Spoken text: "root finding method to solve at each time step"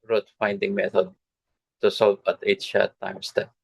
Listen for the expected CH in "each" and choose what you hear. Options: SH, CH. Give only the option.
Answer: SH